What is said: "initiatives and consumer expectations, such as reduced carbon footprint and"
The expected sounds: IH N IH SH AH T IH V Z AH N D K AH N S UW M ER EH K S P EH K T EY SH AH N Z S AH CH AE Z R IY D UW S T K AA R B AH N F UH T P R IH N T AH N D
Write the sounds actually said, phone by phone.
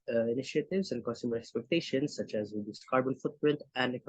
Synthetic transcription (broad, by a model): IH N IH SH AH T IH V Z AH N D K AH N S UW M ER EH K S P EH K T EY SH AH N S AH CH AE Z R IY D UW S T K AA R B AH N F UH T P R IH N T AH N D